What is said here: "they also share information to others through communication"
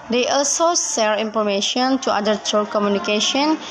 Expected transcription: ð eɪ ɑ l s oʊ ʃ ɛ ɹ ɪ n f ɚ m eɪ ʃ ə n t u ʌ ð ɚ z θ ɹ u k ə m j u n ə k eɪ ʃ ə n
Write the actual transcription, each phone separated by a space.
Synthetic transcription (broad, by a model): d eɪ ɑ l s oʊ s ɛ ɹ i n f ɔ m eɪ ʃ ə n t u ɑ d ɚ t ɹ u k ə m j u n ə k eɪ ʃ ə n